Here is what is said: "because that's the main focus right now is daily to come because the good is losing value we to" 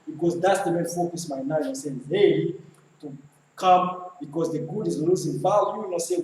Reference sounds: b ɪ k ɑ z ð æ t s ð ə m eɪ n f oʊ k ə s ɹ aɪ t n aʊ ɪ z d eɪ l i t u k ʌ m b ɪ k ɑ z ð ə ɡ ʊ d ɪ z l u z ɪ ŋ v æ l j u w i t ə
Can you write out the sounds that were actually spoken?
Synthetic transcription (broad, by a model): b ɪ k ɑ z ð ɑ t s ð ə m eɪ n f oʊ k ə s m aɪ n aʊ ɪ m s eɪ i t u k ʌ m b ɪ k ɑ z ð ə ɡ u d ɪ z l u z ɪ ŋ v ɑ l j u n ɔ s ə